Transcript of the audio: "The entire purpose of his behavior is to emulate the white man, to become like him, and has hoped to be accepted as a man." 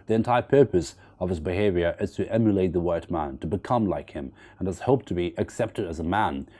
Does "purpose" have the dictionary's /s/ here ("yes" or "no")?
yes